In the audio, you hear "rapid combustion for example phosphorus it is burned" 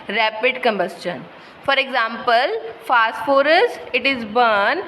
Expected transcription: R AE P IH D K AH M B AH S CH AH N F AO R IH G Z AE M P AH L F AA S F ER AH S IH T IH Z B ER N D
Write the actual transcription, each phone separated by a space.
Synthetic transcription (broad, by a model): R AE P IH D K AH M B AH S CH AH N F AO R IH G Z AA M P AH L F AA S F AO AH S IH T IH Z B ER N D